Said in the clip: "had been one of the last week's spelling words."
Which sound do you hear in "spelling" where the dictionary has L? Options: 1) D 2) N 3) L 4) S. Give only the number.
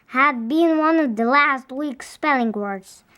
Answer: 3